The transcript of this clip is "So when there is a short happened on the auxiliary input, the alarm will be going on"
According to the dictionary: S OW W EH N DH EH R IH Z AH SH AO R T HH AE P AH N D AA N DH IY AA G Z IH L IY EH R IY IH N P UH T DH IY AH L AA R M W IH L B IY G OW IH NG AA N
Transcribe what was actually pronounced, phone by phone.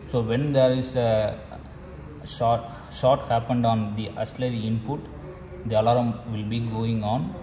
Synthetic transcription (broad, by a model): S OW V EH N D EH R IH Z AH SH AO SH T HH AE P AH N D AA N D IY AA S L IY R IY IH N P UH T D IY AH L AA R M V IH L B IY G OW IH NG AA N